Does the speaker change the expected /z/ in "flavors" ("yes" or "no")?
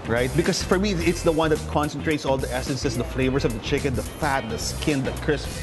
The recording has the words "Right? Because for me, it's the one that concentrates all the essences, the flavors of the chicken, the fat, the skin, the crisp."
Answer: yes